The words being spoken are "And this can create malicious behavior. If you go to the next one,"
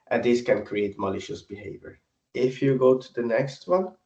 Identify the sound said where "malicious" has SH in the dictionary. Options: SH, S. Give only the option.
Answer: SH